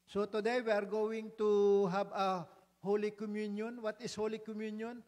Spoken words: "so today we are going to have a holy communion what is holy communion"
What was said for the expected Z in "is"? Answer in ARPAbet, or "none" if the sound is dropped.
S